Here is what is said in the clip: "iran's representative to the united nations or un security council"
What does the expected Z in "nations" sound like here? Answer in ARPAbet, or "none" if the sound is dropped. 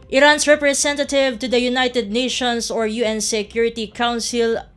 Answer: S